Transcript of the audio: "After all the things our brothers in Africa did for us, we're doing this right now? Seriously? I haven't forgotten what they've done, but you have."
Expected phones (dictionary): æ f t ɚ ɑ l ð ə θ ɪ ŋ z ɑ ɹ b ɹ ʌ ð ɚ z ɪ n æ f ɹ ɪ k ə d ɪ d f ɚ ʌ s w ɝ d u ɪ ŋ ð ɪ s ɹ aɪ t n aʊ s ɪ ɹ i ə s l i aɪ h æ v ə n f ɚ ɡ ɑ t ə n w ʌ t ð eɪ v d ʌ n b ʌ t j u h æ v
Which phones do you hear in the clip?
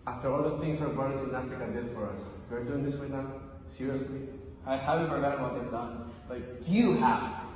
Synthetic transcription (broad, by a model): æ f t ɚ ɑ l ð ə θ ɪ ŋ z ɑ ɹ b ʌ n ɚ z ɪ n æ f ɹ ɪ k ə d ɪ d f ɚ ʌ s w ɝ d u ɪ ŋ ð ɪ s w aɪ n aʊ s ɪ ɹ i ə s l i aɪ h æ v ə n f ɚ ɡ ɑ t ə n w ʌ t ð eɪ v d ʌ n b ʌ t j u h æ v